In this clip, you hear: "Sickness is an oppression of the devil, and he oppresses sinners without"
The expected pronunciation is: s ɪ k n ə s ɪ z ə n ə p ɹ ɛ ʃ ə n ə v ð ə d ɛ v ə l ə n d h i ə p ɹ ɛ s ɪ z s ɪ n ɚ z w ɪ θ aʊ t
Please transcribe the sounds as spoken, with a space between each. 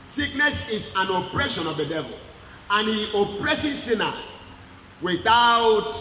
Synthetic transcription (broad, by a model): s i k n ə s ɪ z ə n ə p ɹ ɛ ʃ ə n ə v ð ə d ɛ v ə l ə n h i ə p ɹ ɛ s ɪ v s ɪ n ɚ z w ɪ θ aʊ t